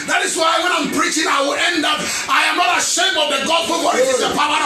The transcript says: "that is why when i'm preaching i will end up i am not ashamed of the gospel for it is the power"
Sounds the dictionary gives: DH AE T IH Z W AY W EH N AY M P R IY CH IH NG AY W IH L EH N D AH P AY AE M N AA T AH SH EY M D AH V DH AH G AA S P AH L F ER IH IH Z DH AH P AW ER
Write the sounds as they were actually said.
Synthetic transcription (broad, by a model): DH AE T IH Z W AY W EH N AY M P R IY CH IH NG AY W IH L EH N D AH P AY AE M N AA T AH SH EY M AH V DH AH G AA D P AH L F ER IH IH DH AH P AW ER